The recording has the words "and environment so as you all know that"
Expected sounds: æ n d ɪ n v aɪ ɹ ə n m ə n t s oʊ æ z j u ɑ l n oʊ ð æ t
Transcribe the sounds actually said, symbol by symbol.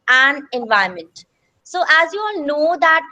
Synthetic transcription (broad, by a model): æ n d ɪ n v aɪ ə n m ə n t s oʊ æ z j u ɑ l n oʊ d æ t